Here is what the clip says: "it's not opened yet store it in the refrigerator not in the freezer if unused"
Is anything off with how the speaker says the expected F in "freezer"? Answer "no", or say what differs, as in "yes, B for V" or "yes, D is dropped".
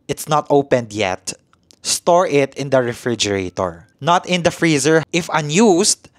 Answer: no